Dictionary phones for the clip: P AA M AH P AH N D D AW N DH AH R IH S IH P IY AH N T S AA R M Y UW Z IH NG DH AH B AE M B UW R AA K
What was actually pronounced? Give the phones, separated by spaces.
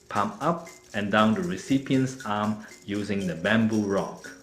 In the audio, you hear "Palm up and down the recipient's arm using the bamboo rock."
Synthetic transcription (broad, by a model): P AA M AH P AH N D D AW N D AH R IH S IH P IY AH N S AA M Y UW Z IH NG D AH B AE M B UW R AA K